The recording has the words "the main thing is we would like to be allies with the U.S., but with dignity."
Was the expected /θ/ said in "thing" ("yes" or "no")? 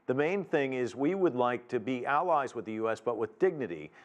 yes